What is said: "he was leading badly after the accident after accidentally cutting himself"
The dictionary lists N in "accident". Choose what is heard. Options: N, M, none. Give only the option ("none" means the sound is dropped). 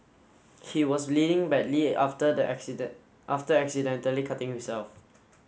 none